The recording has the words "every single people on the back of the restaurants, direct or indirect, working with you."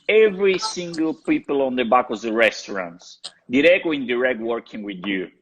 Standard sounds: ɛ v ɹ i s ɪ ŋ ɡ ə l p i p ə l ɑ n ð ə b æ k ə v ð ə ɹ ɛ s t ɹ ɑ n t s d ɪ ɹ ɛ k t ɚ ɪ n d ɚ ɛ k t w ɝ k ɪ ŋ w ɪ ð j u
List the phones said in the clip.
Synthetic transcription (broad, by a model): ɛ v ɹ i s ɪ ŋ ɡ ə l p i p ə l ɑ n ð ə b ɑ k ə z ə ɹ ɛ s t ɹ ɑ n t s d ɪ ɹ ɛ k ɚ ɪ n d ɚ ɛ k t w ɝ k ɪ ŋ w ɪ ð j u